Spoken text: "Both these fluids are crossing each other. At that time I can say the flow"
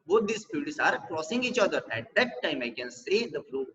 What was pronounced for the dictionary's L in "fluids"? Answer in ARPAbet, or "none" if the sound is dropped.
none